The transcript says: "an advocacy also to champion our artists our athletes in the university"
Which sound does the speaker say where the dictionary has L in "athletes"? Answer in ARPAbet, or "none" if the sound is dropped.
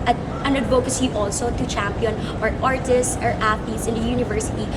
none